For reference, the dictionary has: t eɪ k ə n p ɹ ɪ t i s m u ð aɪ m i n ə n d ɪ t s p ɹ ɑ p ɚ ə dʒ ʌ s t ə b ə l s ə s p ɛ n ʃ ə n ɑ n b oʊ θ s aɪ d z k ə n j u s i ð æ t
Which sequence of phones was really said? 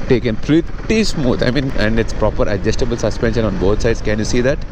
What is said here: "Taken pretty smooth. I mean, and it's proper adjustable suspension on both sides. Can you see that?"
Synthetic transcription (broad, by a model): t eɪ k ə n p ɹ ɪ t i s m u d aɪ m i n ə n d ɪ t s p ɹ ɑ p ɚ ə dʒ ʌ s t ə b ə l s ə s p ɛ n ʃ ə n ɑ n b oʊ t s aɪ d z k ə n j u s i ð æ t